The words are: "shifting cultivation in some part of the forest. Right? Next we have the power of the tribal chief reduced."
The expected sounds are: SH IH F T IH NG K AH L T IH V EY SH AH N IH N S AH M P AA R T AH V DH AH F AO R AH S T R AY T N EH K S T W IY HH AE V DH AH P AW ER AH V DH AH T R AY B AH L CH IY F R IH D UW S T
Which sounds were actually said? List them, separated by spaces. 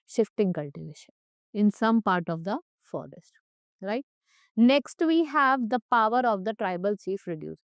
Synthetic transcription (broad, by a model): SH IH F T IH NG K AH L T IH V EY SH AH N IH N S AH M P AA R T AH V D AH F AO R AH S T R AY T N EH K S T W IY HH AE V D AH P AW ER AH V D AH T R AY B AH L CH IY F R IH D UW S